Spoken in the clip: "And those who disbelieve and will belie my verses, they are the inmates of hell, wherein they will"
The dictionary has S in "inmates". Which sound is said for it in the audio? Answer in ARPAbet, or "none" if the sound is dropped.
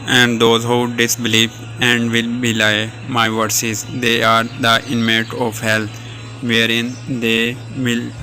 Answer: none